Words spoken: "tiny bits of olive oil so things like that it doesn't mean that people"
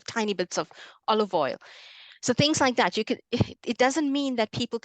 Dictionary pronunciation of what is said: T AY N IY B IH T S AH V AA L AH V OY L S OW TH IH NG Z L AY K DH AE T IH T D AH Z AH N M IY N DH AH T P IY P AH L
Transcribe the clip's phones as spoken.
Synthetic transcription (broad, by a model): T AY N IY B IH T S AH V AA L AH V OY L S OW TH IH NG Z L AY K DH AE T IH T D AH Z AH N M IY N DH AH T P IY P L